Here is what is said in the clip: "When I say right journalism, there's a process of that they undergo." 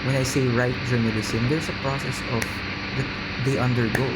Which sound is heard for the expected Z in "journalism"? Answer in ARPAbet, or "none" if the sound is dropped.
S